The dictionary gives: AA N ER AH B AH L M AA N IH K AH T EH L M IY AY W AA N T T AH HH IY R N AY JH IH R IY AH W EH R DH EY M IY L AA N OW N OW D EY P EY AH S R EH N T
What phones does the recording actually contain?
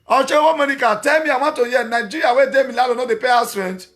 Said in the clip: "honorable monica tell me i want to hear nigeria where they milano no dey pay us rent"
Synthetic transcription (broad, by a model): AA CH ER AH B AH M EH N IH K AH T EH L M IY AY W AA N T T AH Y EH N AY JH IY R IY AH W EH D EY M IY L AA L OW N OW D EY P EY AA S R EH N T